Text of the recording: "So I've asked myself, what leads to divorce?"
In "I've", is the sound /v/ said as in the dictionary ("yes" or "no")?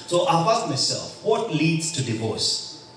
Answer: no